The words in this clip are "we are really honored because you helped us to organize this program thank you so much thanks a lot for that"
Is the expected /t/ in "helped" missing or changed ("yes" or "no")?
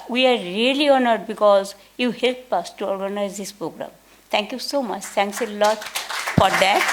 yes